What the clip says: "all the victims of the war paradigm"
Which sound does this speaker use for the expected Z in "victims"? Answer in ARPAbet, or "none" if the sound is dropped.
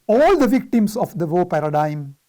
S